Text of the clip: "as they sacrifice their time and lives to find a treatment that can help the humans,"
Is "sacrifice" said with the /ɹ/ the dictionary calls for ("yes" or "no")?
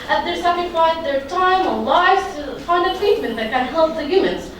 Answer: no